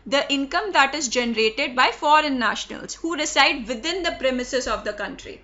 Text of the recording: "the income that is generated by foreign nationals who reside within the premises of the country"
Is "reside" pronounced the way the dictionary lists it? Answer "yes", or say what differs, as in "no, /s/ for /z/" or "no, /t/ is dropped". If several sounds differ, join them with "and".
no, /s/ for /z/